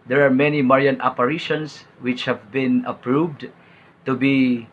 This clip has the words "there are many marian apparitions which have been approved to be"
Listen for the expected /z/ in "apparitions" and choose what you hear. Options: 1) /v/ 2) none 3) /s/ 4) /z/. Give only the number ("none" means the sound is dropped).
3